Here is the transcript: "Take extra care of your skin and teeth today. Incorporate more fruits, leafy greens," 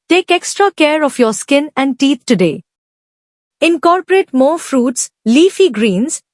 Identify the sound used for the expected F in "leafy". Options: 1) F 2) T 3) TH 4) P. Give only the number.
1